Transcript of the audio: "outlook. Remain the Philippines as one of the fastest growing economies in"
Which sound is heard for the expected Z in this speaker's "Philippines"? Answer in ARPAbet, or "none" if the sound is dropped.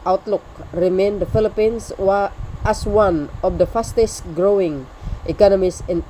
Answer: S